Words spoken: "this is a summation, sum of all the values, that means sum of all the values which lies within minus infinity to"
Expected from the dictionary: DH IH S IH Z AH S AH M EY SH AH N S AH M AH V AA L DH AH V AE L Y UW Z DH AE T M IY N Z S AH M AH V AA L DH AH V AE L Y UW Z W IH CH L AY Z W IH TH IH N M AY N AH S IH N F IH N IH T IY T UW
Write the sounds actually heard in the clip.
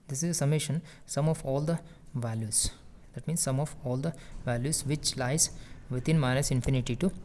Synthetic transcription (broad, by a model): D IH S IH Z AH S AH M EY SH AH N S AH M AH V AA L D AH V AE L Y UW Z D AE T M IY N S S AH M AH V AA L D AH V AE L Y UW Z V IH CH L AY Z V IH T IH N M AY N AH S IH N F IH N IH T IY T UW